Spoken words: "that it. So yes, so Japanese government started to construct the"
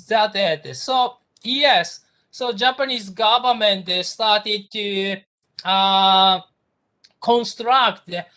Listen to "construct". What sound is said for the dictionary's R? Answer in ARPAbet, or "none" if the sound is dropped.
R